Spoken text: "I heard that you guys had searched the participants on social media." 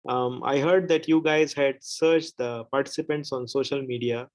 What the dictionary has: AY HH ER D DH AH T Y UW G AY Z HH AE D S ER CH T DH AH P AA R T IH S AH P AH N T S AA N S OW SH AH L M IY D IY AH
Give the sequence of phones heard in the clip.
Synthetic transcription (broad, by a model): AY HH ER D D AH T Y UW G AY Z HH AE D S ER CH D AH P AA R T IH S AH P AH N T S AA N S OW SH AH L M IY D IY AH